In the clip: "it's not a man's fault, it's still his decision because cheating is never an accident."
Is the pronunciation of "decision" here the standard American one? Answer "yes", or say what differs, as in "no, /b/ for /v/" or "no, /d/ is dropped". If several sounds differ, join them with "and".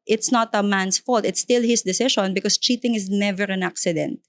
no, /ʃ/ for /ʒ/